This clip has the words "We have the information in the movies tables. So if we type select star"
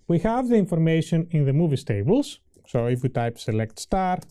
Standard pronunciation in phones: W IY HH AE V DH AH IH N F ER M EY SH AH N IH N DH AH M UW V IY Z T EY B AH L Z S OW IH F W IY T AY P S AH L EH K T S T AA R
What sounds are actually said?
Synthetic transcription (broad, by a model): W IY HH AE V DH AH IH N F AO M EY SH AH N IH N DH AH M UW V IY S T EY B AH L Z S OW IH F W IY T AY P S AH L EH K T S T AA R